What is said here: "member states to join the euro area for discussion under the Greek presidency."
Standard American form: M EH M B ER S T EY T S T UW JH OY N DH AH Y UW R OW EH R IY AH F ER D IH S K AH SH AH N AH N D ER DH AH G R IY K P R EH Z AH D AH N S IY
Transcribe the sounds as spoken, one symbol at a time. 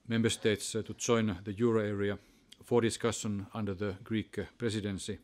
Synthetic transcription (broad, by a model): M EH M B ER S T EY T S T UW JH OY N DH AH Y UW R OW EH R IY AH F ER D IH S K AH SH AH N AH N D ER DH AH G R IY K P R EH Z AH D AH N S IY